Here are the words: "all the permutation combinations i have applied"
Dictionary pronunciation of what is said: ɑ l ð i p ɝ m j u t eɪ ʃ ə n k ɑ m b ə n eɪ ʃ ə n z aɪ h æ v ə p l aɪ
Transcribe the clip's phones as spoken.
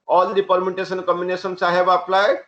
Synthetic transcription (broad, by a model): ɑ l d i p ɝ m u t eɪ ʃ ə n k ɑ m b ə n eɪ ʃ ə n s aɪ h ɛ b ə p l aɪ